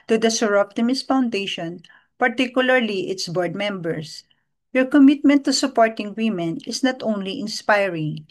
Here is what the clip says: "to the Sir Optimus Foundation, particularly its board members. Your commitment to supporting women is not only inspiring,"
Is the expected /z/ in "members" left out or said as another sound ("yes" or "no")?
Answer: yes